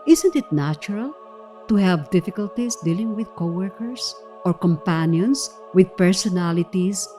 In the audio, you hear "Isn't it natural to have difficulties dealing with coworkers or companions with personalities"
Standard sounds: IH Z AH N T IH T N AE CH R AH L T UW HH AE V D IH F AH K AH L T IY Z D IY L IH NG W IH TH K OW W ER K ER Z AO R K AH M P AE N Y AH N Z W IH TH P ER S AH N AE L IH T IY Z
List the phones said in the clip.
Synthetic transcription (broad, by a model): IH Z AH N T IH T N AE CH R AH L T UW HH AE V D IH F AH K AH L T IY S D IY L IH NG W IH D K OW W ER K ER S AO R K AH M P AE N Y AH N S W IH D P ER S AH N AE L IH T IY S